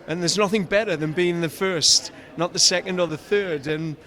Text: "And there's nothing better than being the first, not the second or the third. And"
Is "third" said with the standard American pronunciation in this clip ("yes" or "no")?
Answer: yes